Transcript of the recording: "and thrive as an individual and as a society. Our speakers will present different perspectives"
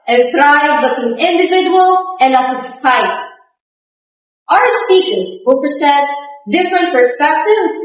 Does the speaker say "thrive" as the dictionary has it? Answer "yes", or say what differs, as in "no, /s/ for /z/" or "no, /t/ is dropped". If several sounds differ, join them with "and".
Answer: no, /b/ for /v/